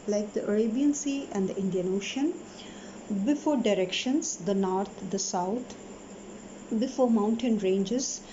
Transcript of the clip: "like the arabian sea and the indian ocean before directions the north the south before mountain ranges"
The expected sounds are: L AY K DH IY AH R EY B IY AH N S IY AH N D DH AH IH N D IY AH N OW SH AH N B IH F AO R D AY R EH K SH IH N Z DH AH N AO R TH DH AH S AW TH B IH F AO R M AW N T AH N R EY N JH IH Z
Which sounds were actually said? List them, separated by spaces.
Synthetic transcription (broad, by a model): L AY K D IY AH R EY B IY AH N S IY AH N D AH IH N D IY AH N OW SH AH N B IH F AO R D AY R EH K SH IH N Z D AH N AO R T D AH S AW T B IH F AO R M AW N T AH N R EY N JH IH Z